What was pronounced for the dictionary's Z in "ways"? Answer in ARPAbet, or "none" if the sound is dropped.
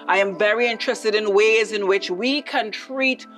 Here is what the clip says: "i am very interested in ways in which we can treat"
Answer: Z